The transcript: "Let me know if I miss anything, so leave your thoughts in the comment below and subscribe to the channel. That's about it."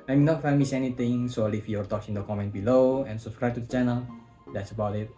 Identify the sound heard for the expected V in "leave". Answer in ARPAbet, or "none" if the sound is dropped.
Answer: F